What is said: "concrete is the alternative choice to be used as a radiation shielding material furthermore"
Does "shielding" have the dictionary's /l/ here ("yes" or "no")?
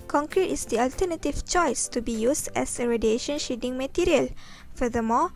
no